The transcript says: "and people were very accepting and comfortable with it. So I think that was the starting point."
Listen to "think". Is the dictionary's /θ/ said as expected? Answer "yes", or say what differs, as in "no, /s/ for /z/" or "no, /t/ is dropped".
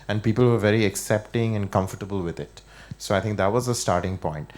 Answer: no, /t/ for /θ/